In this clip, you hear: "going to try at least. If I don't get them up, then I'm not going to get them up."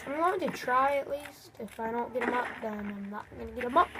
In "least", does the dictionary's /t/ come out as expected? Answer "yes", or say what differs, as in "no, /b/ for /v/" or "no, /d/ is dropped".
yes